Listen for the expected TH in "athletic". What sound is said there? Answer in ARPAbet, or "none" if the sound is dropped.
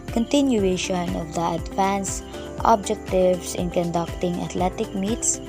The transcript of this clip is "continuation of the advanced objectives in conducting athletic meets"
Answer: T